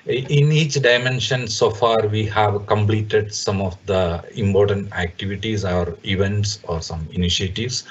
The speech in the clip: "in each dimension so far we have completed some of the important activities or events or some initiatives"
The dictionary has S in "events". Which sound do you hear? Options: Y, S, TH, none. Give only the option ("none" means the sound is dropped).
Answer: S